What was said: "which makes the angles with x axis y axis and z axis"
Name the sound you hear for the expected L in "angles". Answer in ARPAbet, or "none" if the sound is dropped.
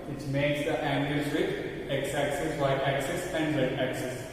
none